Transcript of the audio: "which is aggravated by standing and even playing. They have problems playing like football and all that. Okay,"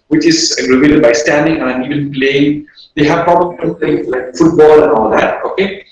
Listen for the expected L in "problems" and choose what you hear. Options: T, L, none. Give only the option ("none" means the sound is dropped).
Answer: none